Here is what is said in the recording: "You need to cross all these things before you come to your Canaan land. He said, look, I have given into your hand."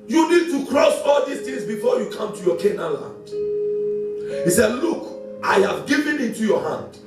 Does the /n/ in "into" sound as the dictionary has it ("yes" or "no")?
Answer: yes